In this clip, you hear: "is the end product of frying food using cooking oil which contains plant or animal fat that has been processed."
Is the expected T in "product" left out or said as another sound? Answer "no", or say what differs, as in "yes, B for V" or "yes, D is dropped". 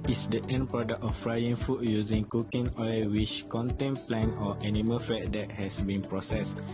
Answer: yes, T is dropped